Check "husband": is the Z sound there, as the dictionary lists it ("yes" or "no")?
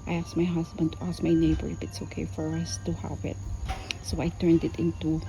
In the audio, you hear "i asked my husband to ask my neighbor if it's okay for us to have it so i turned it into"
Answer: no